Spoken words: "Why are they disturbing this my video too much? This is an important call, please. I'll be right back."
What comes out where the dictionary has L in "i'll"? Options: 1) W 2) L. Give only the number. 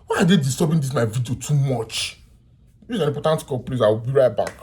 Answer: 1